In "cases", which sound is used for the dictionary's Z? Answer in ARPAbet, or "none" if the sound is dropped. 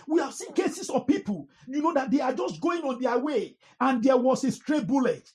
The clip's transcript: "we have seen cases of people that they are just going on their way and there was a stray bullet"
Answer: S